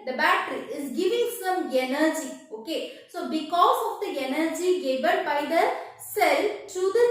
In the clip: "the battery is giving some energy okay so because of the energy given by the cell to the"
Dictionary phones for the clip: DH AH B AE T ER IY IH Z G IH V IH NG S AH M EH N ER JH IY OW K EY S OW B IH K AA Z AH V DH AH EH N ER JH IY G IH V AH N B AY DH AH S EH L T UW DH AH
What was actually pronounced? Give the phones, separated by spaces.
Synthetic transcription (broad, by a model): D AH B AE T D IY IH Z G IH V IH NG S AH M EH N ER JH IY OW K EY S OW B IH K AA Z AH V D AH EH N ER JH IY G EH B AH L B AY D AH S EH L T UW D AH